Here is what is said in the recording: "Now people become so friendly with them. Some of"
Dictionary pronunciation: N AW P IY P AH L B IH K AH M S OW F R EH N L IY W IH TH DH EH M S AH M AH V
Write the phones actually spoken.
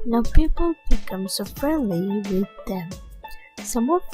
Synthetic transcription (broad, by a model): N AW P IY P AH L B IH K AH M S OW F R EH N L IY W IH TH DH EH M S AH M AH